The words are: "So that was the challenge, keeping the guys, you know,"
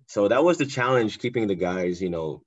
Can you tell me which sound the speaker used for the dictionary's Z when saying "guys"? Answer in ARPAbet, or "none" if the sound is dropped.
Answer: Z